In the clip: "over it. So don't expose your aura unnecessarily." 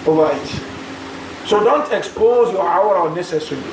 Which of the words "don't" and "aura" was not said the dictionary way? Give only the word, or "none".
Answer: aura